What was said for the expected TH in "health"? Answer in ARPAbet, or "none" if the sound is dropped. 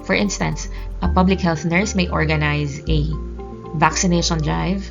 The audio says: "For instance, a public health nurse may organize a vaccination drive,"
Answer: TH